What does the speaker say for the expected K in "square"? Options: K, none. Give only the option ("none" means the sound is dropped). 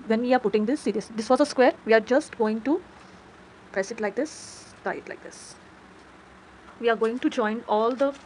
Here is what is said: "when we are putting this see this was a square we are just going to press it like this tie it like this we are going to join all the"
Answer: K